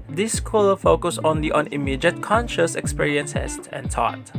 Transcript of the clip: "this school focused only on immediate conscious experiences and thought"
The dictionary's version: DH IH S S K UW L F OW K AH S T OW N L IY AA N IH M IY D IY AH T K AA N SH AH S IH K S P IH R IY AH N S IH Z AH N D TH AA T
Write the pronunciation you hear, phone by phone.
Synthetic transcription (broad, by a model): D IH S S K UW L F OW K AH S OW N L IY AA N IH M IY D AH T K AA N SH AH S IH K S P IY R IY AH N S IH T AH N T AA T